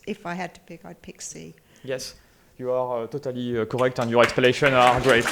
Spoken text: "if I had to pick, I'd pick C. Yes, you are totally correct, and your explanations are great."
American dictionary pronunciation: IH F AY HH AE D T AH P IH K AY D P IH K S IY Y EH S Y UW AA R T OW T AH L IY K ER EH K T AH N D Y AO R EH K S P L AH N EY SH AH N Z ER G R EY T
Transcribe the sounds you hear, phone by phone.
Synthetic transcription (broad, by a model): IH F AY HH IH D T AH P IH K AY D P IH K S IY Y EH S Y UW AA R T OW T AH L IY K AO EH K T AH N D Y AO R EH K S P AH L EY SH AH N AA G R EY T